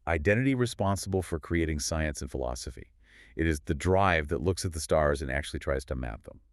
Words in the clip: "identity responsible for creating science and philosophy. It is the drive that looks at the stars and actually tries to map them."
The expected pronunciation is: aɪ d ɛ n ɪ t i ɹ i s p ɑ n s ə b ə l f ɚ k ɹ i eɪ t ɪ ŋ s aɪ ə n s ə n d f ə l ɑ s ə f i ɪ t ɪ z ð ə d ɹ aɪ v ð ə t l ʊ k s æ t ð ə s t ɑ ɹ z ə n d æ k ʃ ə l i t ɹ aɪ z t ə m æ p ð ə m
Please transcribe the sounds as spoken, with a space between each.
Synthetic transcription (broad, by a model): aɪ d ɛ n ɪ t i ɹ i s p ɑ n s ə b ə l f ɚ k ɹ i eɪ t ɪ ŋ s aɪ ə n s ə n f ə l ɑ s ə f i ɪ t ɪ z ð ə d ɹ aɪ v ð ə t l ʊ k s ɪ t ð ə s t ɑ ɹ z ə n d æ k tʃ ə l i t ɹ aɪ z t ə m æ p ð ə m